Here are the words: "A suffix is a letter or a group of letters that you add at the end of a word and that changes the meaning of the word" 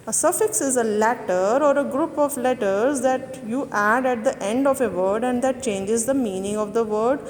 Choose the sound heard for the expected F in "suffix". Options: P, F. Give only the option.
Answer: F